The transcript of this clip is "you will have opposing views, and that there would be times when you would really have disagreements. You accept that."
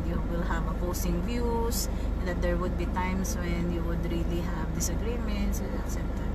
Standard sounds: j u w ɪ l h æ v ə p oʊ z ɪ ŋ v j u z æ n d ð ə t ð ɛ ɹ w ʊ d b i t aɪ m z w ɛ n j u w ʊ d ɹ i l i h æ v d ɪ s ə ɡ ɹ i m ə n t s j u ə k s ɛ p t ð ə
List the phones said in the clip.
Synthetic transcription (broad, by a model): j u w ɪ l h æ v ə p oʊ s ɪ ŋ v j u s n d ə t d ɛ ɹ w ʊ d b i t aɪ m s w ɛ n j u w ʊ d ɹ i l i h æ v d ɪ s ə ɡ ɹ i m ə n t s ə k s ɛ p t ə